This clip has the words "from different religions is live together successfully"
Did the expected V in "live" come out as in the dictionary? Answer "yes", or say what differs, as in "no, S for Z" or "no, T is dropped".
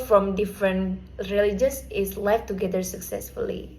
no, F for V